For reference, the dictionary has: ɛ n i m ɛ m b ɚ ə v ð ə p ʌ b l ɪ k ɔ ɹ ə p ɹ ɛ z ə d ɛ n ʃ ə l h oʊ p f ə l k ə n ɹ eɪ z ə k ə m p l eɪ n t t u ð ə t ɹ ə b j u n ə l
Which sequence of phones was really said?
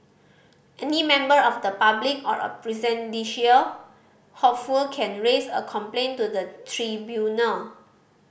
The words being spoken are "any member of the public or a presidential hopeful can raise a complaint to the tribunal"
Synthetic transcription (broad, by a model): ɛ n i m ɛ m b ɚ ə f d ə p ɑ b l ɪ k ɔ ɹ ə p ɹ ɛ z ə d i ʃ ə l h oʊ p f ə l k ə n ɹ eɪ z ə k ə m p l eɪ n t t u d ə t ɹ ə b j u n ə l